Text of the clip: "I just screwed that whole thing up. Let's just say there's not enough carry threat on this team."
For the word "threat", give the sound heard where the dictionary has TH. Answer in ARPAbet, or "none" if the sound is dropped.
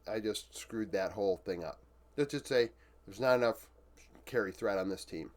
TH